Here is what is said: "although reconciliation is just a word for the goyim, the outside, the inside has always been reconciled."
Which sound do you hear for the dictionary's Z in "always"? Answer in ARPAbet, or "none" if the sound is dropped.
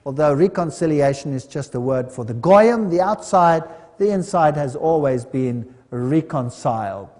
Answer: Z